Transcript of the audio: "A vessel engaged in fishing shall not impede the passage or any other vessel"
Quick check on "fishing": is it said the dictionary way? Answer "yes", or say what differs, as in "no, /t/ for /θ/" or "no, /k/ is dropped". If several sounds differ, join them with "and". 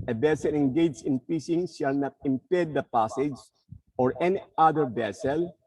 no, /p/ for /f/ and /s/ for /ʃ/